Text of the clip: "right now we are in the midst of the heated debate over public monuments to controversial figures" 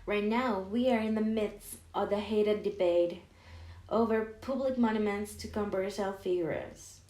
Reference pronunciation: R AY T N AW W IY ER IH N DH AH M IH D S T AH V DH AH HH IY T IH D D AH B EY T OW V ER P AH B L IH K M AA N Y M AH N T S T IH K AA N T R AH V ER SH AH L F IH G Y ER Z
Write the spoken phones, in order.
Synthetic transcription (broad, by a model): R AY T N AW W IY ER IH N DH AH M IH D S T AH V DH AH HH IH T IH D D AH B EY T OW V ER P AH B L IH K M AA N Y M AH N T S T IH K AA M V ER S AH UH F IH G Y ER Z